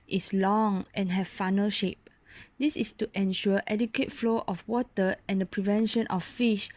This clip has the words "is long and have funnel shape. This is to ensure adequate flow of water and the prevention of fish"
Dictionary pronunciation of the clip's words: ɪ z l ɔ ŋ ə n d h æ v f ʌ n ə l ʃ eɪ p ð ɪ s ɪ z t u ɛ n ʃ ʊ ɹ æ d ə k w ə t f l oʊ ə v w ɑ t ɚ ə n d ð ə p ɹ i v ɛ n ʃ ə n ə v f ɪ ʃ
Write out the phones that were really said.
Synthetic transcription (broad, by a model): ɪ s l ɔ ŋ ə n h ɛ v f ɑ n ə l ʃ eɪ p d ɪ s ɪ s t u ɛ n ʃ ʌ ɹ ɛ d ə k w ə t f l oʊ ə f w ɑ t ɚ ə n d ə p ɹ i v ɛ n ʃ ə n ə f f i ʃ